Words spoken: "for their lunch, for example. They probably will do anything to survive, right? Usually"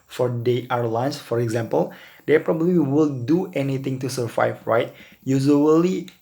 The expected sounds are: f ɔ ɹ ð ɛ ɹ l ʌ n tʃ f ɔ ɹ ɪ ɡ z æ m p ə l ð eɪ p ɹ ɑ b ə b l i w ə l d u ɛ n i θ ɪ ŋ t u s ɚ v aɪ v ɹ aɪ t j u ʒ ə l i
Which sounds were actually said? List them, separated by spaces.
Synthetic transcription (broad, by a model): f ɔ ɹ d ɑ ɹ l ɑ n s f ɔ ɹ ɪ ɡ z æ m p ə l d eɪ p ɹ ɑ b ə b l i w ə l d u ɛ n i t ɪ ŋ t u s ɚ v aɪ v ɹ aɪ t j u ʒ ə l i